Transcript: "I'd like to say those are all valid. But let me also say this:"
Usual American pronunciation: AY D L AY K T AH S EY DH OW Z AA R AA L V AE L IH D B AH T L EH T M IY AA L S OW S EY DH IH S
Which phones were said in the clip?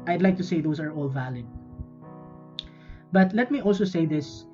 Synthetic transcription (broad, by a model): AY D L AY K T AH S EY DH OW S AA R AA L V AE L IH D B AH T L EH T M IY AA L S OW S EY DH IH S